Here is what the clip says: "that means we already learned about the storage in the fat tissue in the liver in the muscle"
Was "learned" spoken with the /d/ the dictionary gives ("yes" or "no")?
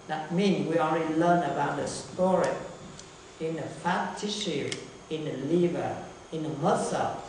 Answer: no